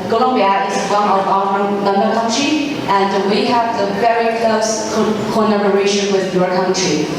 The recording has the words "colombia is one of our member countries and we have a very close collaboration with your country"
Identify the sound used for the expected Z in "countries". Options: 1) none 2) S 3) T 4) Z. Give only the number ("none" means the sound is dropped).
1